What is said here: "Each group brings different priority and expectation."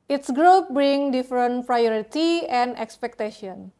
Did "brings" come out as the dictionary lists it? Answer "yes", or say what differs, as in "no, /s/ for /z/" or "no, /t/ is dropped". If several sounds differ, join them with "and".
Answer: no, /z/ is dropped